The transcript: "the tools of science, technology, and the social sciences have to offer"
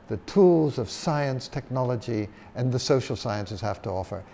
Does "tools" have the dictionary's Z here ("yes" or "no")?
yes